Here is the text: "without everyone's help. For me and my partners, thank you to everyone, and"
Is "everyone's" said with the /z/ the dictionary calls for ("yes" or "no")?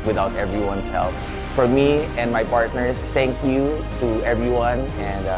no